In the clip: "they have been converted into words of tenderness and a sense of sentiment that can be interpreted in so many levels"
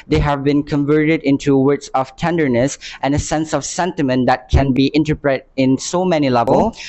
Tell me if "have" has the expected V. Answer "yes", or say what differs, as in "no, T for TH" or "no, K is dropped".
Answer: yes